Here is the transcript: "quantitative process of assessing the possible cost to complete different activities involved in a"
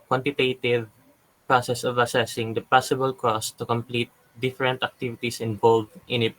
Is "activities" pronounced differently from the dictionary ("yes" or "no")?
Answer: yes